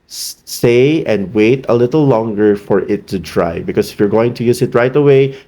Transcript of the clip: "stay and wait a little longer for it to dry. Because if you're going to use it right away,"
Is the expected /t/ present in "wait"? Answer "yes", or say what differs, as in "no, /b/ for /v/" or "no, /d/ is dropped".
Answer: yes